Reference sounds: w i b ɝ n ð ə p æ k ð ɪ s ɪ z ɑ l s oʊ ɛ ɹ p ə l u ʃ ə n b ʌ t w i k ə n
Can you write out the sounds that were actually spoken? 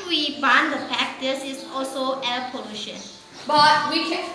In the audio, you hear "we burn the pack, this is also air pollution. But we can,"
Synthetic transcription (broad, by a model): w i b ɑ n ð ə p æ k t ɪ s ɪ s ɑ l s oʊ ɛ l p ə l u ʃ ə n b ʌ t w i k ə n